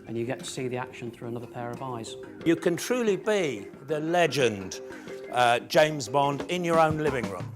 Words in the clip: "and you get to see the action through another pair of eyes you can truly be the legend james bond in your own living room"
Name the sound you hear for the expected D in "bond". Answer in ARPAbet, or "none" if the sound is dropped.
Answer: D